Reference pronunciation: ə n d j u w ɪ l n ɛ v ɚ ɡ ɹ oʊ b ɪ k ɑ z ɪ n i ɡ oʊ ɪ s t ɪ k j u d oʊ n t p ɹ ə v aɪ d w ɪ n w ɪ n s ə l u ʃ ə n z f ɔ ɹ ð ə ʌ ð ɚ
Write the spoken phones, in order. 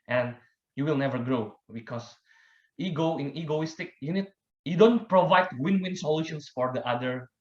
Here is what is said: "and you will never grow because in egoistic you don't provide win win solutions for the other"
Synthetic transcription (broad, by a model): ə n d j u w ɪ l n ɛ v ɚ ɡ ɹ oʊ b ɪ k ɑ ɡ ɪ n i ɡ oʊ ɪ s t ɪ k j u d oʊ n t p ɹ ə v aɪ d w ɪ n w ɪ n s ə l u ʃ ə n s f ɔ ɹ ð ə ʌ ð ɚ